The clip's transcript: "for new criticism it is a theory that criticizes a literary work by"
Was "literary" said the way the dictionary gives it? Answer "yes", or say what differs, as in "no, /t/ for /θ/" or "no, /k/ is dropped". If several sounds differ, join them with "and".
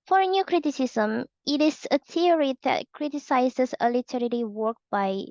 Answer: no, /l/ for /ɹ/